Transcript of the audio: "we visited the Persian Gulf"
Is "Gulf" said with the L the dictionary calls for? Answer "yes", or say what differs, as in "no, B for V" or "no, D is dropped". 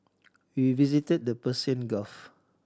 no, L is dropped